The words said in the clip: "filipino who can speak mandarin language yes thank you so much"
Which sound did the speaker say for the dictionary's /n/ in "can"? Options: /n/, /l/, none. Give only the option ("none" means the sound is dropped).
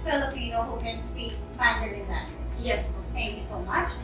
/n/